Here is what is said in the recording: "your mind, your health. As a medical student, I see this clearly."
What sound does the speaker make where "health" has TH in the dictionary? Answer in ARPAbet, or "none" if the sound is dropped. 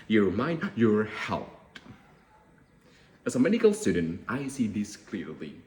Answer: T